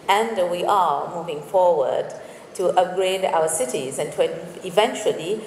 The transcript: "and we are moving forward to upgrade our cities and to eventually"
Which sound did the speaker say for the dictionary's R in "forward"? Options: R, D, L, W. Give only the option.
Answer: R